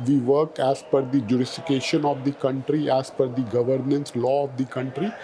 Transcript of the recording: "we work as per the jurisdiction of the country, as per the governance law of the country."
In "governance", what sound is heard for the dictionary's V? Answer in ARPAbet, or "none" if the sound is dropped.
V